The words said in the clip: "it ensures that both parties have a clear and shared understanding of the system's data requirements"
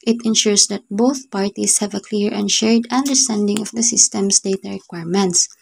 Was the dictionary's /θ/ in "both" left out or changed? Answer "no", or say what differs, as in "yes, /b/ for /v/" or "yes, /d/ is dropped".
no